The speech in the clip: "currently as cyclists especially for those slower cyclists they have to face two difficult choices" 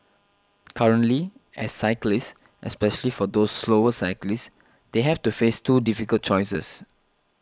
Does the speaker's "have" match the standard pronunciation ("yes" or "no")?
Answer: no